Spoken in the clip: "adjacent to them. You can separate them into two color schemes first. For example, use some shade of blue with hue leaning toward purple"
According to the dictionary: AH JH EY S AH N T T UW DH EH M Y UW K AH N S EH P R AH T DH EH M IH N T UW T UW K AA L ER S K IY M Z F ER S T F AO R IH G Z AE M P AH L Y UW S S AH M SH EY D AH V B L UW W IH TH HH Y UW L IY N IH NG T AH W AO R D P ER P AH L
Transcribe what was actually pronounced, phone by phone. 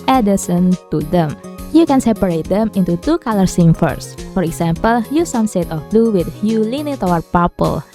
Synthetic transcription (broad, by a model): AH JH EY S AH N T T UW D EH M Y UW K AH N S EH P R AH T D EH M IH N T UW T UW K AA L ER S IY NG F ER S F AO R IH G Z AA M P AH L Y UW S S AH M S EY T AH F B L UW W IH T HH Y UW L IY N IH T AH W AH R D P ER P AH L